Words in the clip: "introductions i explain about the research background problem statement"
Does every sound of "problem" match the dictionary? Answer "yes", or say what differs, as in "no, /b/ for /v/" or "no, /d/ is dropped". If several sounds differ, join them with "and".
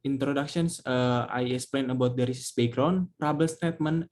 no, /l/ is dropped